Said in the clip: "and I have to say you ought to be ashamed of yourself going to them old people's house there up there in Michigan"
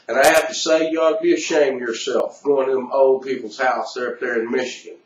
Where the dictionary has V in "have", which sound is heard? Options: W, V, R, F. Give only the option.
F